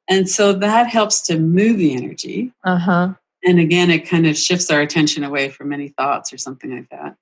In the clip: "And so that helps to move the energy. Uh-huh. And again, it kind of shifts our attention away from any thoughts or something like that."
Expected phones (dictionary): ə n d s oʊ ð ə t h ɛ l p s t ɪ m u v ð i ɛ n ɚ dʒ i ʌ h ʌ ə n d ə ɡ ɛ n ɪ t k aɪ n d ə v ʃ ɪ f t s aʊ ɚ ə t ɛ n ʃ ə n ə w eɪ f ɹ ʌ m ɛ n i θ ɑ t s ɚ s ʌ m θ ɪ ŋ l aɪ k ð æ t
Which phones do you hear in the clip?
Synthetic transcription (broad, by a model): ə n s oʊ ð ə t h ɛ l p s t ɪ m u v ð i ɛ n ɚ dʒ i ʌ h ʌ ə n ə ɡ ɛ n ɪ t k aɪ n d ə v ʃ ɪ f t s aʊ ɚ ə t ɛ n ʃ ə n ə w eɪ f ɹ ʌ m ɛ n i θ ɑ t s ɚ s ʌ m θ ɪ ŋ l aɪ k ð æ t